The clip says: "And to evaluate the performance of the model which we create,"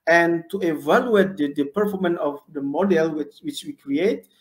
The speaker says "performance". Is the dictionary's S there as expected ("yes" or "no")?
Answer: no